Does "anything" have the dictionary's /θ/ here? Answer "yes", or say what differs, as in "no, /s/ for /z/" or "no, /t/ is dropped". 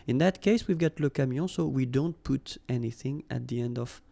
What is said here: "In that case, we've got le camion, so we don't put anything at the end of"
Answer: yes